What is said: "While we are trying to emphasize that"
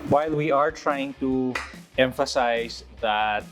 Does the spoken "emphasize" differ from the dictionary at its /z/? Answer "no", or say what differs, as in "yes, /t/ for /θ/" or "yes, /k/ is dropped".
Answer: yes, /s/ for /z/